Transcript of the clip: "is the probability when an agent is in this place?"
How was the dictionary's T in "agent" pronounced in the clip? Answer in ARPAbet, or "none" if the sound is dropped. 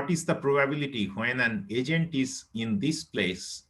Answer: T